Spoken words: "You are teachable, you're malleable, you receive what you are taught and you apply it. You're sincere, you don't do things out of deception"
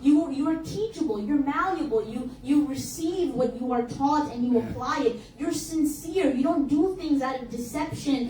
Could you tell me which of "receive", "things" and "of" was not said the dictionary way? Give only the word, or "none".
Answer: none